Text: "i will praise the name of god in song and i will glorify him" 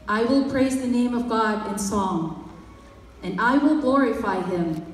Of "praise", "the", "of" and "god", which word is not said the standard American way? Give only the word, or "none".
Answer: none